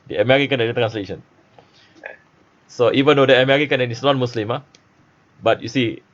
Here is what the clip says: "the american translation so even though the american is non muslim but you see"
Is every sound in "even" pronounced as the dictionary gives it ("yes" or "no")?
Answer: yes